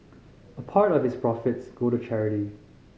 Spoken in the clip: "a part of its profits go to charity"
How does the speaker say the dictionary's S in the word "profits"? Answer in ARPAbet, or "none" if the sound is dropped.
S